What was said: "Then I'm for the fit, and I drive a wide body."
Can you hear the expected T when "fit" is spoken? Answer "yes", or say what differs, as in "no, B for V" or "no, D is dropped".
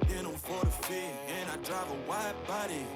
no, T is dropped